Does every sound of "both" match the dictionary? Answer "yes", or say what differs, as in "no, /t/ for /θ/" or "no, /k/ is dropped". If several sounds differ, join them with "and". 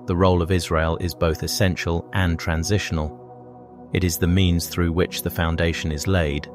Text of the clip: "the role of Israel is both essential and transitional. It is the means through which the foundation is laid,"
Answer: yes